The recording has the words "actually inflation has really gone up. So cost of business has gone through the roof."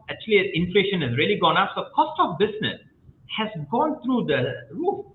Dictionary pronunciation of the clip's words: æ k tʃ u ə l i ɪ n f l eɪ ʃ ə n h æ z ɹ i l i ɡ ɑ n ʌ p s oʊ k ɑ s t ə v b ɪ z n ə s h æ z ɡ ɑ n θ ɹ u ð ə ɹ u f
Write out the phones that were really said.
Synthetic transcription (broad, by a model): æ k tʃ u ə l i ɪ n f l eɪ ʃ ə n h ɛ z ɹ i l i ɡ ɑ n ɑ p s oʊ k ɑ s t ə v b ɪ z n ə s h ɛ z ɡ ɑ n t ɹ u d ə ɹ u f